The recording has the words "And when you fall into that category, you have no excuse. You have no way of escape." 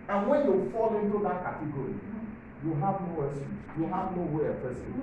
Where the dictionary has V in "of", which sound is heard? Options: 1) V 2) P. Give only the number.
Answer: 2